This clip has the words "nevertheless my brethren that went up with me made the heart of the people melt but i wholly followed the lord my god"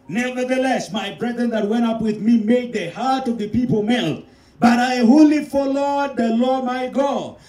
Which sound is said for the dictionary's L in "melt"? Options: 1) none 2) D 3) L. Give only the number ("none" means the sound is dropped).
3